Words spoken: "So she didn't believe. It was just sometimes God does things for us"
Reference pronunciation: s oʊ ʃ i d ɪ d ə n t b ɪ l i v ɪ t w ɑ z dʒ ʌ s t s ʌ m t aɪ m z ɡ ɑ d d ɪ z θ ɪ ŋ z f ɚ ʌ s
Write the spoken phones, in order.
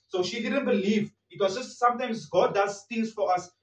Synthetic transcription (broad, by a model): s oʊ ʃ i d ɪ d ə n t b ɪ l i v ɪ t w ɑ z dʒ ʌ s t s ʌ m t aɪ m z ɡ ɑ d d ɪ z t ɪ z f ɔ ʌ s